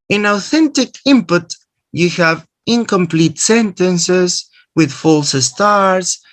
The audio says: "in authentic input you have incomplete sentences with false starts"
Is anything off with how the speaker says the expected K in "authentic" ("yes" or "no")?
no